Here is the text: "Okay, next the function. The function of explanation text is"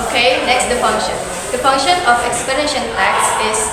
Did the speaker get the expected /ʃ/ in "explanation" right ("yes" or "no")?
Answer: yes